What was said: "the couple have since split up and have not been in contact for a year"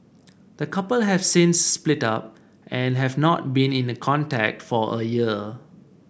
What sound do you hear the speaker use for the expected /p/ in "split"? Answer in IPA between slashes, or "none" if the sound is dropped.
/p/